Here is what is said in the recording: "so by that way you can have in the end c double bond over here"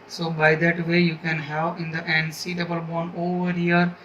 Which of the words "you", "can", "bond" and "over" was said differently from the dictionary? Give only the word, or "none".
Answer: bond